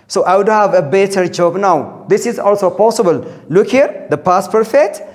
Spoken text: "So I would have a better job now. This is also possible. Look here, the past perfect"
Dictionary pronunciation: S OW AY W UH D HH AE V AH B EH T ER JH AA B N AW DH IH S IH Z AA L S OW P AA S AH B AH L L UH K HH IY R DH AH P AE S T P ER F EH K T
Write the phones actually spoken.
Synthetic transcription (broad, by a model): S OW AY W UH D HH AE V AH B EH T ER JH AA B N AW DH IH S IH Z AA L S OW P AA S AH B AH L L UH K HH IY R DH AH P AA S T P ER F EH K T